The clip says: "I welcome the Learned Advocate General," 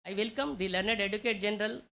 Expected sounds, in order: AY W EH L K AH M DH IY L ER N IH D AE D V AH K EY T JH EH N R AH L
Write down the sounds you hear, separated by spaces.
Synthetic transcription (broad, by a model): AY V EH L K AH M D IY L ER N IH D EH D AH K EY T JH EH N R AH L